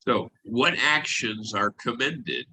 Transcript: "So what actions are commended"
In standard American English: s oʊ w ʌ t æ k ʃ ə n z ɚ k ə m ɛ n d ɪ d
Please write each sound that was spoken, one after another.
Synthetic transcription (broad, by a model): s oʊ w ʌ t æ k ʃ ə n z ɚ k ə m ɛ n d ɪ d